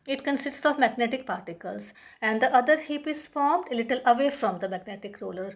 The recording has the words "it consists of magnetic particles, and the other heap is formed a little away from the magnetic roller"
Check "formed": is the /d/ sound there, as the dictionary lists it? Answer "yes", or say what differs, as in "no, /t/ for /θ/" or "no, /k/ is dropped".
yes